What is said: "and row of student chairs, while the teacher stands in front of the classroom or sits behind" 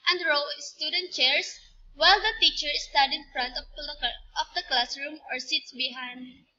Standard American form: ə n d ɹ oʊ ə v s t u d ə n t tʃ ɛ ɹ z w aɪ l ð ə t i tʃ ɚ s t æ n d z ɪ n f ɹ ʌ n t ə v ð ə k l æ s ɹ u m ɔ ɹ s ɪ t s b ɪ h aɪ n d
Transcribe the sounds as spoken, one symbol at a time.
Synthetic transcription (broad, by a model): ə n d ɹ oʊ s t u d ə n t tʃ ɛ ɹ s w aɪ l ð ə t i tʃ ɚ s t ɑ d ɪ n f ɹ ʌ n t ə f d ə k l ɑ s ɹ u m ɔ ɹ s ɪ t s b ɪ h aɪ n d